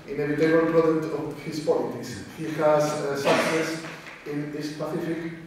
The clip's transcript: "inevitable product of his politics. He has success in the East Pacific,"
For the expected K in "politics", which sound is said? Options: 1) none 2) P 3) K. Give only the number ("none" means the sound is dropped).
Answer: 1